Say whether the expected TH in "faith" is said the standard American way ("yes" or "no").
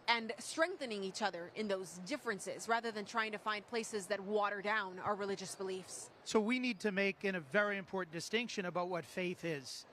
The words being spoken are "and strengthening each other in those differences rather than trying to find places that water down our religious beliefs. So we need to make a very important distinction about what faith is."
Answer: yes